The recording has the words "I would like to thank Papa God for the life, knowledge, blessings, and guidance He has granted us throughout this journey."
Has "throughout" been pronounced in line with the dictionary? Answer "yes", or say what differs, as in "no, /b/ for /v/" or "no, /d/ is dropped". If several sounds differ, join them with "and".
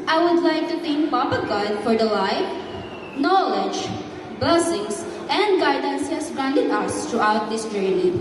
no, /t/ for /θ/